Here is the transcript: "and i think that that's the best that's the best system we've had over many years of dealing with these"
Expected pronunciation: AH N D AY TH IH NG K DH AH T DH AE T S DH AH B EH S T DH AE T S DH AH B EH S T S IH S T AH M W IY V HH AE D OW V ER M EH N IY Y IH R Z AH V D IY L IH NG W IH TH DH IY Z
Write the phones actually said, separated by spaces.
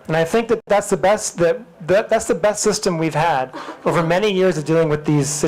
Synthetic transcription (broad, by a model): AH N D AY TH IH NG K DH AH T DH AE T S DH AH B EH S T DH AE T S DH AH B EH S T S IH S T AH M W IY V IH D OW V ER M EH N IY Y IH R Z AH V D IY L IH NG W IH DH IY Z